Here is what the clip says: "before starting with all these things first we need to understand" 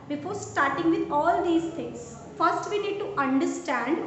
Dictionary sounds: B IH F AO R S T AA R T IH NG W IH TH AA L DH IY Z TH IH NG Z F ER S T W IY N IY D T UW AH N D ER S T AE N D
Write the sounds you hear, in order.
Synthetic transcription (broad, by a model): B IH F AO R S T AA R T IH NG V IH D AA L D IY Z T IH NG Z F ER S T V IY N IY D T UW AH N D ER S T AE N D